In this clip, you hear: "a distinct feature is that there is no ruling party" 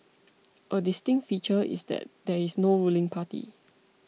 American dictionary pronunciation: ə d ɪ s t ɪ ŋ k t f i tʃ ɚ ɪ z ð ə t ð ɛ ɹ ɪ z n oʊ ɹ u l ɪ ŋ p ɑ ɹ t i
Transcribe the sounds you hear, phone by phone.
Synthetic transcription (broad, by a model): ə d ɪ s t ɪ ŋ t f i tʃ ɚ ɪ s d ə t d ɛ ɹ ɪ s n oʊ ɹ u l ɪ ŋ p ɑ t i